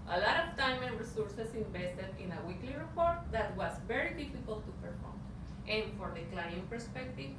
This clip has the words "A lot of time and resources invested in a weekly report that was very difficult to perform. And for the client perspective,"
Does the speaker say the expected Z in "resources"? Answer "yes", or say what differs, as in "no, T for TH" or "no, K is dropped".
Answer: no, S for Z